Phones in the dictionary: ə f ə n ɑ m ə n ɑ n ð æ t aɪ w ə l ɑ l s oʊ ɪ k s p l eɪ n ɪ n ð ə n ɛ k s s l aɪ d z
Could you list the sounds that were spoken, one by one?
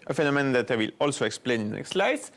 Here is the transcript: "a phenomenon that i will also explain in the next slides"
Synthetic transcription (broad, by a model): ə f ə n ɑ m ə n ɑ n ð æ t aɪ w ə l ɑ l s oʊ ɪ k s p l eɪ ɪ n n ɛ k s s l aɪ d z